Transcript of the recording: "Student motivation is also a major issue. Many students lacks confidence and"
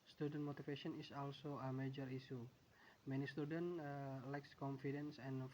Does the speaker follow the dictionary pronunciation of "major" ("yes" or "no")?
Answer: yes